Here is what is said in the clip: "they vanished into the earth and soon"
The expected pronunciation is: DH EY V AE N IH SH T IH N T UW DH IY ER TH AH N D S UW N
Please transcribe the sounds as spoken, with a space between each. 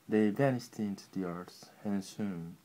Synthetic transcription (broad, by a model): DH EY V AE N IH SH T IH N T UW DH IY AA S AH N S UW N